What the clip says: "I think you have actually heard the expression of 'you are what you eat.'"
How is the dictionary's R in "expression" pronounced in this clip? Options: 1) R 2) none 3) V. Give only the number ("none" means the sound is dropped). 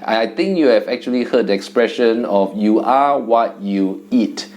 1